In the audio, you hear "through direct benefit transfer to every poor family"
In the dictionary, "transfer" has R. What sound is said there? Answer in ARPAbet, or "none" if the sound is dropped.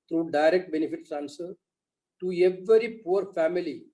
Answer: none